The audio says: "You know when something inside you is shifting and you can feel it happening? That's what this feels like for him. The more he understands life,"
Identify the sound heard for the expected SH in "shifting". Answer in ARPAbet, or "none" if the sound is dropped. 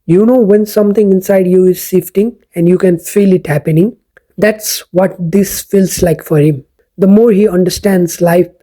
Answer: S